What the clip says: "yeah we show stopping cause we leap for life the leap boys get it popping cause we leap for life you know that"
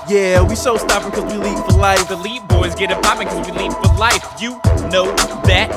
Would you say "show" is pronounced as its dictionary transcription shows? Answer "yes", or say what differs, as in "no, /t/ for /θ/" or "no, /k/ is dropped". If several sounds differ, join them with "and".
no, /s/ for /ʃ/